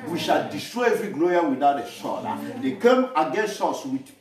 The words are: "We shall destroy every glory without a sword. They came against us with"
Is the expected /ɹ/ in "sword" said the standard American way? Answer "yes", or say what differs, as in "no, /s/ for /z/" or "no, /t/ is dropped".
no, /l/ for /ɹ/